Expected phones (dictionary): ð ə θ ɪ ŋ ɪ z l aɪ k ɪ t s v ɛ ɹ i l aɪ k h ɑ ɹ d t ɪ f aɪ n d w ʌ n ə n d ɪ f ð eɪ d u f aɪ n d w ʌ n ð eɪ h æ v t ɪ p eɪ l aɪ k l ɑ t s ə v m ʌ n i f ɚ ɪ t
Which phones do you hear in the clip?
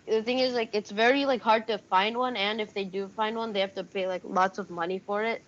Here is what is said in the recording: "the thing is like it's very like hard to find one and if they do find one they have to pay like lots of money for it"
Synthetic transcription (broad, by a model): ð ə θ ɪ ŋ ɪ z l aɪ k ɪ t s v ɛ ɹ i l aɪ k h ɑ ɹ d t ɪ f aɪ n d w ʌ n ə n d ɪ f ð eɪ d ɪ f aɪ n d w ʌ n ð eɪ h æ f t ɪ p eɪ l aɪ k l ɑ t s ə v m ʌ n i f ɚ ɪ t